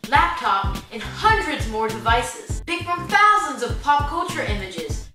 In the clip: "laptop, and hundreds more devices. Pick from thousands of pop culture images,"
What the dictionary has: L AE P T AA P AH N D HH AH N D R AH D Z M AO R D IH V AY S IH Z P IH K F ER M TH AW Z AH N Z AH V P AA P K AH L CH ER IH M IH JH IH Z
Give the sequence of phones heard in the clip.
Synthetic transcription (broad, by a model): L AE P T AA P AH N HH AH N D R AH D Z M AO R D IH V AY S IH Z B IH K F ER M TH AW Z AH N Z AH V P AA P K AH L CH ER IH M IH JH IH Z